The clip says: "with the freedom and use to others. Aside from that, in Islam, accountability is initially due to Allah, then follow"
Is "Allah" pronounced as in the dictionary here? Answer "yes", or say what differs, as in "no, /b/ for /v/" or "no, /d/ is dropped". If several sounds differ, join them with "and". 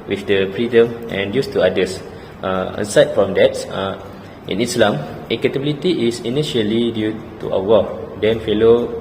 no, /w/ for /l/